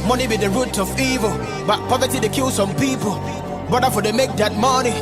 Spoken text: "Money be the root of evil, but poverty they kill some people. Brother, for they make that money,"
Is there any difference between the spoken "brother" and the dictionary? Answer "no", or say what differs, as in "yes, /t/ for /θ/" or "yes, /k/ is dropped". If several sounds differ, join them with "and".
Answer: yes, /ɹ/ is dropped